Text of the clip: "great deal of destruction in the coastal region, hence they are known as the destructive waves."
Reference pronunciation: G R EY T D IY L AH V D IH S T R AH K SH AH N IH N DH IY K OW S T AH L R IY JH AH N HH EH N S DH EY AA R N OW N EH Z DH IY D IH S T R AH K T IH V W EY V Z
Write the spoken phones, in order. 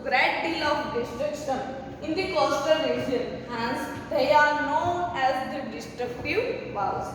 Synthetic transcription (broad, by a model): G R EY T D IY L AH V D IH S T R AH K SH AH N IH N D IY K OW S T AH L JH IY AH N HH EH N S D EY AA R N OW N EH Z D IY D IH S T R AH K T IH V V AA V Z